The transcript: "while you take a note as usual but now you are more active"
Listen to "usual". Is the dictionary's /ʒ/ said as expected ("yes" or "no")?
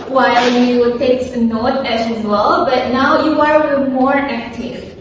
no